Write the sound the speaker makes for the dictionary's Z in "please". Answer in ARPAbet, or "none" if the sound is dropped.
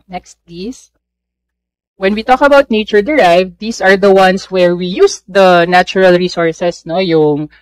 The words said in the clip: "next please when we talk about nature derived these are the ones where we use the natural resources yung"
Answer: S